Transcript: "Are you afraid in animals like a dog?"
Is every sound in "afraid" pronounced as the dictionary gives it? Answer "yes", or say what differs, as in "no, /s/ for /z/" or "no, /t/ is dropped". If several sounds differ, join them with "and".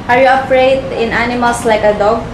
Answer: no, /p/ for /f/